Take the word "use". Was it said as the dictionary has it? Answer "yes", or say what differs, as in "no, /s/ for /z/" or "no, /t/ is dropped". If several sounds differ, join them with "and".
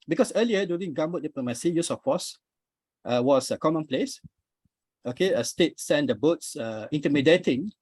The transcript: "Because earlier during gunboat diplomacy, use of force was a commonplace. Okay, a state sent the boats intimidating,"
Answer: yes